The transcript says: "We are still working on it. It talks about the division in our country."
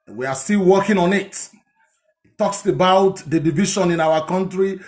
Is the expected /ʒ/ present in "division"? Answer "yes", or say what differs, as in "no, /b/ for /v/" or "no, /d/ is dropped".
no, /ʃ/ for /ʒ/